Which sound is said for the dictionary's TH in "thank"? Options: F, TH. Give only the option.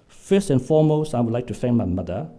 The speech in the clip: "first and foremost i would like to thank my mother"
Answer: F